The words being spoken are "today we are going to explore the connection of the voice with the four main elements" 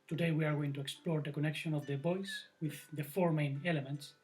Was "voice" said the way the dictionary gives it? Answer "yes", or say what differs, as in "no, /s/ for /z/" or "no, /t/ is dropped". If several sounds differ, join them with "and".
no, /b/ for /v/